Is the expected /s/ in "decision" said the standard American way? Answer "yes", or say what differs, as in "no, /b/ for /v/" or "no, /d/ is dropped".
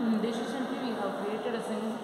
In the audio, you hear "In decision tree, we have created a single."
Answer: no, /ʃ/ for /s/